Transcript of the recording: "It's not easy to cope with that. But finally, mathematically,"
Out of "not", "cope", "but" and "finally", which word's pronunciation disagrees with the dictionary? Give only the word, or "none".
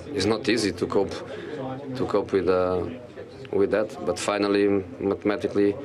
none